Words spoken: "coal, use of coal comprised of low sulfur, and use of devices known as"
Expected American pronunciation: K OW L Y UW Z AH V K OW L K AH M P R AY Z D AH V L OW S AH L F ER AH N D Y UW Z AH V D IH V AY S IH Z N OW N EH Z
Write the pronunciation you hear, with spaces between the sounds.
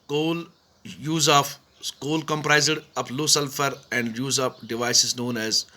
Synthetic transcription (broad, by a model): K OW L Y UW Z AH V K OW L K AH M P R AY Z D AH P L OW S AH L F ER AH N D Y UW Z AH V D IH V AY S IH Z N OW N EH Z